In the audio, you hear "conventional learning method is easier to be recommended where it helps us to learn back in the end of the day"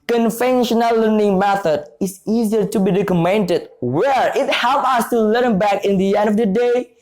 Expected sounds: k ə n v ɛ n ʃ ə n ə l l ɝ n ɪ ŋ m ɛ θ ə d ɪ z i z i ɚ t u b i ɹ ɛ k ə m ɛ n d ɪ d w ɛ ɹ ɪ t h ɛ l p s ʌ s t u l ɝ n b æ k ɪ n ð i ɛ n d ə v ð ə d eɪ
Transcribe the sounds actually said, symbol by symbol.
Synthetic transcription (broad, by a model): k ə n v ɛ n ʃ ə n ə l l ɝ n ɪ ŋ m ɛ θ ə d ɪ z i z i ɚ t u b i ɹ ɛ k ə m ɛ n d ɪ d w ɛ ɹ ɪ t h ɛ l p ʌ s t u l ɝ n b æ k ɪ n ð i ɛ n d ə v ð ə d eɪ